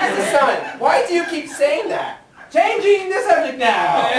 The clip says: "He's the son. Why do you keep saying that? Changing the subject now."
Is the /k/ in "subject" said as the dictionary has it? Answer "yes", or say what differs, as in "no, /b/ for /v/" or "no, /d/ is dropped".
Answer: no, /k/ is dropped